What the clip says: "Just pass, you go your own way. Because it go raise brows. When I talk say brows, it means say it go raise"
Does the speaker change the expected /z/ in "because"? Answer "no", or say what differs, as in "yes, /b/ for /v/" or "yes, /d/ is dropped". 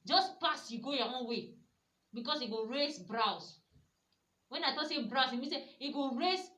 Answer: yes, /s/ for /z/